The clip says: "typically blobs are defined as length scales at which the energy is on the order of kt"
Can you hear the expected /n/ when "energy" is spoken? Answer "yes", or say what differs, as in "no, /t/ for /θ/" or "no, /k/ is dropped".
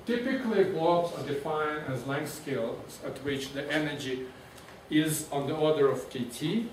yes